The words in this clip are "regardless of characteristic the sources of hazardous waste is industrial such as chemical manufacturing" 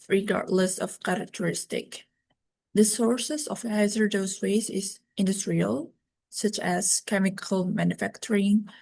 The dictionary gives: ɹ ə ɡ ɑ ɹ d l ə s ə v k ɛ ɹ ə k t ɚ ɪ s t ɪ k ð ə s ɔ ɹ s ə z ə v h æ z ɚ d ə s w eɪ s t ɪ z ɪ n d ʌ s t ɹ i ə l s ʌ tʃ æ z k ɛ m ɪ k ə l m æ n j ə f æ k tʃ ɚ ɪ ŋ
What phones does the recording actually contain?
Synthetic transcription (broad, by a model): ɹ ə ɡ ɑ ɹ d l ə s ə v k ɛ ɹ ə k t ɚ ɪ s t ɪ k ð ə s ɔ ɹ s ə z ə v h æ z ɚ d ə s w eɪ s ɪ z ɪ n d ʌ s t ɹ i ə l s ʌ tʃ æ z k ɛ m ɪ k ə l m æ n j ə f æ k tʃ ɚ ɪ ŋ